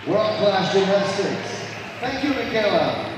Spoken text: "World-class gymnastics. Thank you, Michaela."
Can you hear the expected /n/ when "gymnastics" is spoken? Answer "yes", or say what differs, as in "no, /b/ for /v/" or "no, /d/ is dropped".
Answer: no, /n/ is dropped